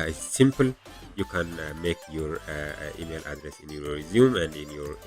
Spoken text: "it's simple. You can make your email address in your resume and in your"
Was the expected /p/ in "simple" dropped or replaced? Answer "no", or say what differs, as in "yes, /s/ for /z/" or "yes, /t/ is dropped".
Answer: no